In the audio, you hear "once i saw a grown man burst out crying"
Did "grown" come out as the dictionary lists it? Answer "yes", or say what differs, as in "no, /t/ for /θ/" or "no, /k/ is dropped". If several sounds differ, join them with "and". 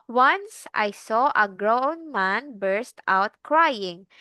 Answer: yes